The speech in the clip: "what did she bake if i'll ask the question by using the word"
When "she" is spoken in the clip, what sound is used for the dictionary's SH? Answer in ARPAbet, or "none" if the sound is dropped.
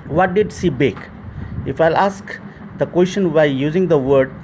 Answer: S